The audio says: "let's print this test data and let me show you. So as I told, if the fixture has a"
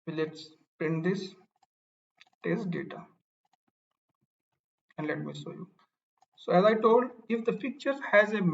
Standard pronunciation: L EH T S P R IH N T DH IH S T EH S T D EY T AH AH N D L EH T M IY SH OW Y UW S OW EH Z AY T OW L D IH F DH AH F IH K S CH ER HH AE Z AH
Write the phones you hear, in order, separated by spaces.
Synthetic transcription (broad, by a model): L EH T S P R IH N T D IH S T EH S T D EY T AH AH N D L EH T M IY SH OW Y UW S OW EH Z AY T OW L D IH F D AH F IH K CH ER HH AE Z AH